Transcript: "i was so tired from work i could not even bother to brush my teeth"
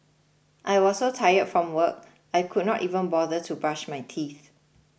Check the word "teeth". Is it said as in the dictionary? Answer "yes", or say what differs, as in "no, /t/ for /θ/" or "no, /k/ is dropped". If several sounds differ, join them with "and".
yes